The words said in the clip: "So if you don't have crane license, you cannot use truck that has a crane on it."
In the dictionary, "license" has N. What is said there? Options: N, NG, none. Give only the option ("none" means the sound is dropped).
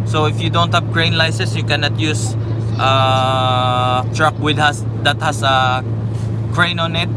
none